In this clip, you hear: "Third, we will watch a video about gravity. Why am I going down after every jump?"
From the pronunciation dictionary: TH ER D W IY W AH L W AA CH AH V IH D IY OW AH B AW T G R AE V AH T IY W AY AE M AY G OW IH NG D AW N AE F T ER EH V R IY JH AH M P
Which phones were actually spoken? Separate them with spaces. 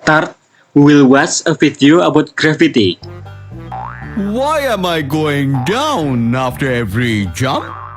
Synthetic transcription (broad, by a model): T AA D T W AH L W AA S AH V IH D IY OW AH B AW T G R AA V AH T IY W AY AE M AY G OW IH NG D AW N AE F T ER EH V R IY JH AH M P